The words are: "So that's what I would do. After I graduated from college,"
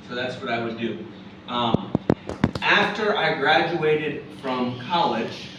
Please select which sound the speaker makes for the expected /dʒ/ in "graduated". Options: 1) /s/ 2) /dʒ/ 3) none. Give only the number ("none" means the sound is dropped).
2